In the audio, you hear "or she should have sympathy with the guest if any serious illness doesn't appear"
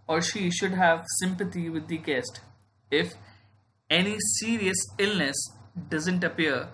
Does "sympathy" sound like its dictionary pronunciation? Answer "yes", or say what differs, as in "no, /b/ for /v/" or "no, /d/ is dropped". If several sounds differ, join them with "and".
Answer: no, /t/ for /θ/